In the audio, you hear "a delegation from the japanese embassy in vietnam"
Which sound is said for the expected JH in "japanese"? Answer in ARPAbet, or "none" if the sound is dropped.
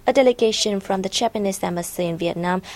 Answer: CH